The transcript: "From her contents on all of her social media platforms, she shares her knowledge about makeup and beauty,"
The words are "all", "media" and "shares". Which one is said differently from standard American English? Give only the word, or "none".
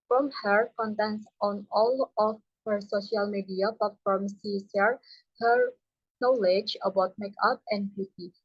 shares